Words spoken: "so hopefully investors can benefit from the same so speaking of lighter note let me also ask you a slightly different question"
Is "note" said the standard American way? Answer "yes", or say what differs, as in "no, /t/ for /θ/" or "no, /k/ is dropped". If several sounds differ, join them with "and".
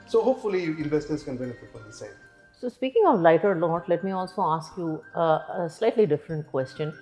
no, /l/ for /n/